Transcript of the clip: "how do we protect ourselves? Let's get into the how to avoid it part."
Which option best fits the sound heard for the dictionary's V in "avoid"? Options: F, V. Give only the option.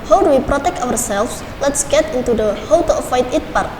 F